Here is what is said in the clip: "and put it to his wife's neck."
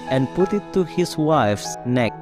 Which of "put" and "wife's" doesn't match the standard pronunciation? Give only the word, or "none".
none